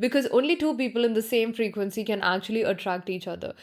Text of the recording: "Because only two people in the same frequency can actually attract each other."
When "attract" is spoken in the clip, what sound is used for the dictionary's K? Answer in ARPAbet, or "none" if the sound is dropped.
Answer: K